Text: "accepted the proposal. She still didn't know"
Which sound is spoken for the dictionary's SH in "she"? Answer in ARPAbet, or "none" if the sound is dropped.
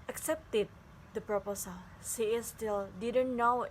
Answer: S